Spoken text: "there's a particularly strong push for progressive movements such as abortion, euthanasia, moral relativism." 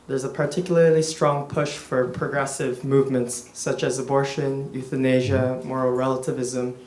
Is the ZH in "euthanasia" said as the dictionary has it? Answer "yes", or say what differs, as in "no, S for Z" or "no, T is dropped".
yes